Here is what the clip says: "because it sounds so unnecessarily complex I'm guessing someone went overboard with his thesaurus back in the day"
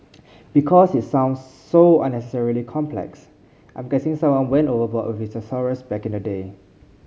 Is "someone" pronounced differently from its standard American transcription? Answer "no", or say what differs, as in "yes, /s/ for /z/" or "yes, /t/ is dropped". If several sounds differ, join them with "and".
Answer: yes, /m/ is dropped